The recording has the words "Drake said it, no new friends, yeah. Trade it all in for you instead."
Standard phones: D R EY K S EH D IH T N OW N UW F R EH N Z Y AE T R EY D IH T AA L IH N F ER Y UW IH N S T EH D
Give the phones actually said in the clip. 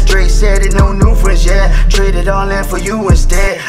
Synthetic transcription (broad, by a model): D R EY S EH D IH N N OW N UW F R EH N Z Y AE T R EY D IH T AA N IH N F ER Y UW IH N S T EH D